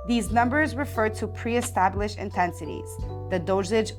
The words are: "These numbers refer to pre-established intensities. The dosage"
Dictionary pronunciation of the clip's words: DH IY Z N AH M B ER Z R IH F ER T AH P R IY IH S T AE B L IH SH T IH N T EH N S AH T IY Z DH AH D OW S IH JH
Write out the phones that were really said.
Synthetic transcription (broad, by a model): DH IY Z N AH M B ER Z R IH F ER T AH P R IY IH S T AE B L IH SH IH N T EH N S AH T IY Z DH AH D OW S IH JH